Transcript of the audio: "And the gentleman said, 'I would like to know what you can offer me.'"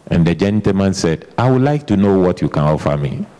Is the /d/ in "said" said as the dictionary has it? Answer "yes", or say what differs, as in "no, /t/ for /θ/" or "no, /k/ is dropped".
yes